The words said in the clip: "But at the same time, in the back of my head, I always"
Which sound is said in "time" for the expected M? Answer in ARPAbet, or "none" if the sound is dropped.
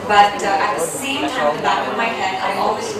none